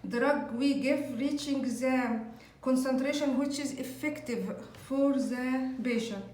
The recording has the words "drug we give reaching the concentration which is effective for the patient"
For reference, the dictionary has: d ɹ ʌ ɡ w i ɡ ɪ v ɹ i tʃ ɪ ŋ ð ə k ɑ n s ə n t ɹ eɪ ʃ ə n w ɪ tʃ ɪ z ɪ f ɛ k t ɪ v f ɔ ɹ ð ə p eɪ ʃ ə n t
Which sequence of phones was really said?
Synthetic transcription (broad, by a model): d ɹ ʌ ɡ w i ɡ ɪ v ɹ i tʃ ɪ ŋ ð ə k ɑ n s ə n t ɹ eɪ ʃ ə n w ɪ tʃ ɪ z ɪ f ɛ k t ɪ v f ɔ ɹ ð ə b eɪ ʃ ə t